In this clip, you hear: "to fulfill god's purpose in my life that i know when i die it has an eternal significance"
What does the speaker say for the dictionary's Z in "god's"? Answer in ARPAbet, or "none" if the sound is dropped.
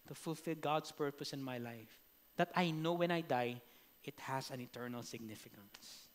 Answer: S